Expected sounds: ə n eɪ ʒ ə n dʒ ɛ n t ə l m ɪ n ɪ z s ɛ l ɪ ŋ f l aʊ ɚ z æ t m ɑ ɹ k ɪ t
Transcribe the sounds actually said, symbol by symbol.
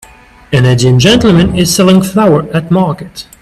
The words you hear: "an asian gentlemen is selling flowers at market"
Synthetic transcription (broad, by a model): ə n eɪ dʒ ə n dʒ ɛ n t l m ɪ n ɪ z s ɛ l ɪ ŋ f l aʊ ɚ æ t m ɑ ɹ k ɪ t